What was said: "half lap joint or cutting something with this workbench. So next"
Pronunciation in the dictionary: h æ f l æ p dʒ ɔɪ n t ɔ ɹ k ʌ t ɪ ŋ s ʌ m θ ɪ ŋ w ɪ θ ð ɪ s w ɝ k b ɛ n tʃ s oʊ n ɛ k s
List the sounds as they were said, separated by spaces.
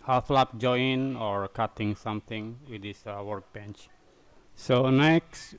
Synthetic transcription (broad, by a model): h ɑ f l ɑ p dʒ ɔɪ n ɔ ɹ k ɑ t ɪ ŋ s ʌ m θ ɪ ŋ w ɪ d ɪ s w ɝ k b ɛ n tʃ s oʊ n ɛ k s